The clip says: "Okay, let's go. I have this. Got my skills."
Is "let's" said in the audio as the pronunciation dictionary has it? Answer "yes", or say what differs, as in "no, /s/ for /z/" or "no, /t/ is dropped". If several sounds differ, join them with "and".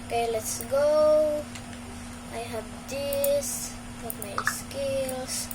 yes